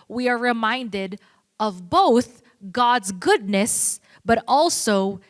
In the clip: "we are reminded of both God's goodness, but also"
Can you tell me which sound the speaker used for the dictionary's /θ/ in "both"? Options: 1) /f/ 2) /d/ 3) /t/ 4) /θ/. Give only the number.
4